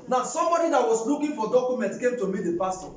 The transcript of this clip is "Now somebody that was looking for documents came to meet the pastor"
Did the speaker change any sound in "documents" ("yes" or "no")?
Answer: yes